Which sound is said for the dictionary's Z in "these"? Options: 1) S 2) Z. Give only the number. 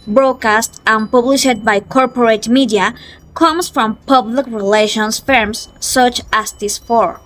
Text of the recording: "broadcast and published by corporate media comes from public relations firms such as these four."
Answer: 1